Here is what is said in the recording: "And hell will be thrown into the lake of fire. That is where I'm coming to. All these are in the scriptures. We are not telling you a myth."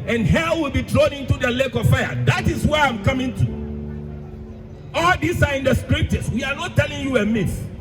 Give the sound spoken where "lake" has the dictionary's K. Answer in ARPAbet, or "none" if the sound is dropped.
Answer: K